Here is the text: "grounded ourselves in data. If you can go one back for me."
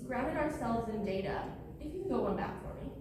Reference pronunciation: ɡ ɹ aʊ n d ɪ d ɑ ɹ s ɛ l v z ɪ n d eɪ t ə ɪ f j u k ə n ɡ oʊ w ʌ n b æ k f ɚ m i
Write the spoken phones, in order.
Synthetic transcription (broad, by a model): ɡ ɹ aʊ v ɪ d ɑ ɹ s ɛ l v z ɪ n d eɪ t ə ɪ f j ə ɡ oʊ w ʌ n b æ k f ɚ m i